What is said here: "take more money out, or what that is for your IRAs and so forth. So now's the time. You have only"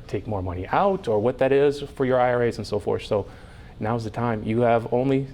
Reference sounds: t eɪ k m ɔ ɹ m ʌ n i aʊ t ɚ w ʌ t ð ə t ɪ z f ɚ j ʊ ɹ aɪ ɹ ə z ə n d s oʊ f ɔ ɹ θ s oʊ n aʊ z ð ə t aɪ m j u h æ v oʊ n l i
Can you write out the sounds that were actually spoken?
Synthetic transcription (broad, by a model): t eɪ k m ɔ ɹ m ʌ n i aʊ t ɚ w ʌ t ð ə t ɪ z f ɚ j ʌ ɹ aɪ ɹ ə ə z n s oʊ f ɔ ɹ θ s oʊ n aʊ z ð ə t aɪ m j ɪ v oʊ n l i